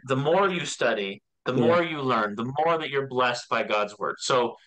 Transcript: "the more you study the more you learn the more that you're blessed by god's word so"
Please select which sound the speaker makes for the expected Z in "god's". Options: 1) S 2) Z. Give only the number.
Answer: 2